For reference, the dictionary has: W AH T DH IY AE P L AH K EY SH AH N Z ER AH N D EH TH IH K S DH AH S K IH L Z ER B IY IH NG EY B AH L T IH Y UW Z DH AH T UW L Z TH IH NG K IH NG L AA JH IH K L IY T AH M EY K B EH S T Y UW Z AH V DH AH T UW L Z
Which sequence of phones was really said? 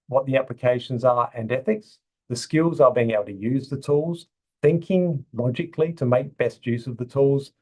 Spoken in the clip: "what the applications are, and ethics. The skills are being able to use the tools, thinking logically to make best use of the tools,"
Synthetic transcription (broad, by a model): W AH T DH IY AE P L AH K EY SH AH N Z ER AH N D EH TH IH K S DH AH S K IH L Z ER B IY IH NG EY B L T IH Y UW Z DH AH T UW L Z TH IH NG K IH NG L AA JH IH K L IY T AH M EY K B EH S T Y UW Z AH V DH AH T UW L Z